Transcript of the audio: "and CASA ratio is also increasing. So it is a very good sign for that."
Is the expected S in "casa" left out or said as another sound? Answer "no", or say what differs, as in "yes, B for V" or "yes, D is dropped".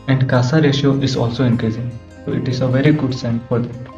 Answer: no